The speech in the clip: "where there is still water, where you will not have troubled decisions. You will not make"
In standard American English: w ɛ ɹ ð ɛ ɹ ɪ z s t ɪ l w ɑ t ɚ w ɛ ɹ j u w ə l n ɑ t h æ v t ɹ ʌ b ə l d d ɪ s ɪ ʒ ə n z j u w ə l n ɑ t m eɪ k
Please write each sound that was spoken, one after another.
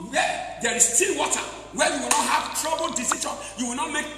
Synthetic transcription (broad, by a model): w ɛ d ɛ ɹ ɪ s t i n w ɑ t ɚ w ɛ j u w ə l n ɑ t h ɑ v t ɹ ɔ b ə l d d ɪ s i ʃ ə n j u w ə l n ɑ t m eɪ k